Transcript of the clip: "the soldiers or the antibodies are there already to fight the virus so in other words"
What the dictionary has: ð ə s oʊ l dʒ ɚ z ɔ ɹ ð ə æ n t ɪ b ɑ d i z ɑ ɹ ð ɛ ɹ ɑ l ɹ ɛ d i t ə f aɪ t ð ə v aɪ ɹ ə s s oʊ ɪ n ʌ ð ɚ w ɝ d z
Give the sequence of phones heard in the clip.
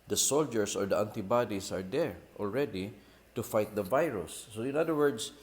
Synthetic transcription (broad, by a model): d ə s oʊ l dʒ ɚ s ɔ ɹ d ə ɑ n t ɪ b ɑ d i s ɑ ɹ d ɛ ɹ ɑ l ɹ ɛ d i t ə f aɪ t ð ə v aɪ ɹ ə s s oʊ ɪ n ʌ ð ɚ w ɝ d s